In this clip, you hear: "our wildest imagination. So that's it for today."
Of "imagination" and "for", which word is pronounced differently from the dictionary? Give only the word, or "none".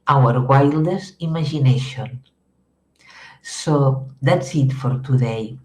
imagination